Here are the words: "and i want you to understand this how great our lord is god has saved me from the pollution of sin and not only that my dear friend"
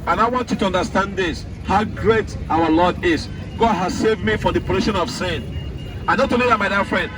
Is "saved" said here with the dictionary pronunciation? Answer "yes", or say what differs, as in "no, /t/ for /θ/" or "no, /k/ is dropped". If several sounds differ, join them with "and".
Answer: yes